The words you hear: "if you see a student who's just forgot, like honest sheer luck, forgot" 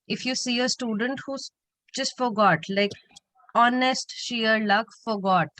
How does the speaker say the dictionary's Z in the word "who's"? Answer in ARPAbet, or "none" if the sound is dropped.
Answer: none